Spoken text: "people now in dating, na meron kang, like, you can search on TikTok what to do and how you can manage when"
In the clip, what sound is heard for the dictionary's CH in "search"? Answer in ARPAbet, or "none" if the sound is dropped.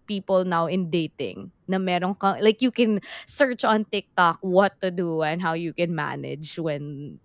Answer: CH